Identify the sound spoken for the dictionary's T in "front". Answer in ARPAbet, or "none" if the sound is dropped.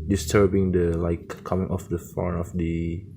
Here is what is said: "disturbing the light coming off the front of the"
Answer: none